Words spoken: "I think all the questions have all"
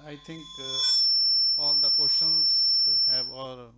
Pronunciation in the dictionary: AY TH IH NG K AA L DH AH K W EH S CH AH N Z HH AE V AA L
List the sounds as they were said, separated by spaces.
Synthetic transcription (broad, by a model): AY T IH NG K AA L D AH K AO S AH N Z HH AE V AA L